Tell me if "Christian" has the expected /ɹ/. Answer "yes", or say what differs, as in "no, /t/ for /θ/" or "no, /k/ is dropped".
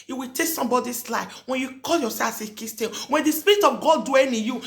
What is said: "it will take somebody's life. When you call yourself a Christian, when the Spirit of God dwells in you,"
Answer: no, /ɹ/ is dropped